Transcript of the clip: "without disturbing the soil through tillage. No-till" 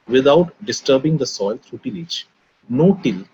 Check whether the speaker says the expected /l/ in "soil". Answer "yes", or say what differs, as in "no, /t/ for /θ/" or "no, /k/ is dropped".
yes